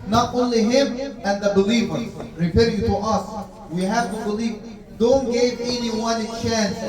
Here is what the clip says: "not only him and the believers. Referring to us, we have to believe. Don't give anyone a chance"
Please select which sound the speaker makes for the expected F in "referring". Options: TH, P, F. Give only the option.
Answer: P